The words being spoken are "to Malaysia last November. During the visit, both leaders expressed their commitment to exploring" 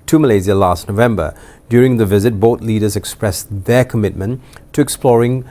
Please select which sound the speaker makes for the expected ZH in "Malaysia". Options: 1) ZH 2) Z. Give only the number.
2